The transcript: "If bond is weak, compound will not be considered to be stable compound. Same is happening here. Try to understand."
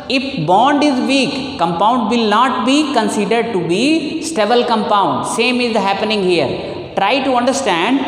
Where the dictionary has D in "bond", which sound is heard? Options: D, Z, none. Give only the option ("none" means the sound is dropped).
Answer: D